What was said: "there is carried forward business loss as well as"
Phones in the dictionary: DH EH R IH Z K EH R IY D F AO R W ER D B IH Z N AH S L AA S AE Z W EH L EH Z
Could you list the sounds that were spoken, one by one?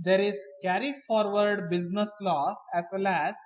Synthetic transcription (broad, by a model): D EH R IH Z K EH R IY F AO R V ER D B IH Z N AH S L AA AE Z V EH L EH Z